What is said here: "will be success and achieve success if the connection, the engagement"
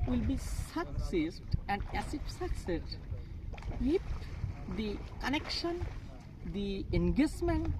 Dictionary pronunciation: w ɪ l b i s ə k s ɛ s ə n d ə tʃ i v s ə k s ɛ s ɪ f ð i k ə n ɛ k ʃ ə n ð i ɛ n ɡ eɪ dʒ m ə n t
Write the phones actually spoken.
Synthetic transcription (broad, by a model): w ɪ l b i s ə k s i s ə n d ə s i f s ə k s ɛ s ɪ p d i k ə n ɛ k ʃ ə n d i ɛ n ɡ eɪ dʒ m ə n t